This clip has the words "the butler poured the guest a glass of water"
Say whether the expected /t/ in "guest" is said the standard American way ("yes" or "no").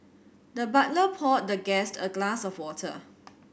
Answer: yes